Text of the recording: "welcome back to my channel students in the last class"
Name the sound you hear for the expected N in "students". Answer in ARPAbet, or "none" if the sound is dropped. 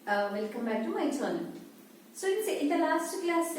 none